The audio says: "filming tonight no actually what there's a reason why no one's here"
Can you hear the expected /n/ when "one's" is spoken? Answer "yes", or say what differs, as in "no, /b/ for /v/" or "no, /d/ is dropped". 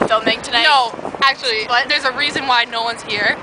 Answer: yes